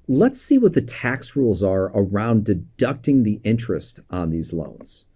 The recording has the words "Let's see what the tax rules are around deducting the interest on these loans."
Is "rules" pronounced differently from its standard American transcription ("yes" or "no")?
no